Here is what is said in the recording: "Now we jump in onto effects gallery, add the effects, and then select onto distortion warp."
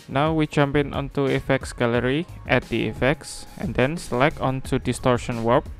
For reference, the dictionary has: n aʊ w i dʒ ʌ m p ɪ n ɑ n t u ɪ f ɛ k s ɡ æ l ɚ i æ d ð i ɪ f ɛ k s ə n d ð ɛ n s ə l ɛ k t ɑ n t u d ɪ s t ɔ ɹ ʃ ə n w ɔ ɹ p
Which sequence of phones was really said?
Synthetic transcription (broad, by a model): n aʊ w i dʒ ʌ m p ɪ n ɑ n t u ɪ f ɛ k s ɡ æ l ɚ i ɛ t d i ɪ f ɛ k s ə n d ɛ n s l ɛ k ɑ n t u d ɪ s t ɔ ɹ ʃ ə n w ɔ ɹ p